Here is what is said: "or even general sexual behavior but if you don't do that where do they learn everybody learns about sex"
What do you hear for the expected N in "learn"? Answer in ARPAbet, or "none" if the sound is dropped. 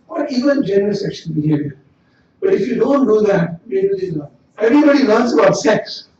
none